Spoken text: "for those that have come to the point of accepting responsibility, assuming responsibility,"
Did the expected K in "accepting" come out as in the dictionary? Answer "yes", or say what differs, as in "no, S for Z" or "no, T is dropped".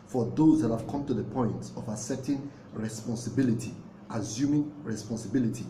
no, K is dropped